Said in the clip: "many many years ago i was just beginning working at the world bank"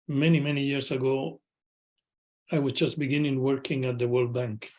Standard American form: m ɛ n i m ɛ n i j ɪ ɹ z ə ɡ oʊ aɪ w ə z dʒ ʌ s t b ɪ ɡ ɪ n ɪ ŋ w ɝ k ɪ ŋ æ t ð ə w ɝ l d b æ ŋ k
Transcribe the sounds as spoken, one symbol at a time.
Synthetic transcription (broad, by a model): m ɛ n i m ɛ n i j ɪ ɹ s ə ɡ oʊ aɪ w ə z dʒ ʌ s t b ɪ ɡ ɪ n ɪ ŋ w ɝ k ɪ ŋ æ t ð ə w ɝ l d b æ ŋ k